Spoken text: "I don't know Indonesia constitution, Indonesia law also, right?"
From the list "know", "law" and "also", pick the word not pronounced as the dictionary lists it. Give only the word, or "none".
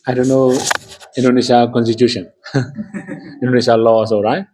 also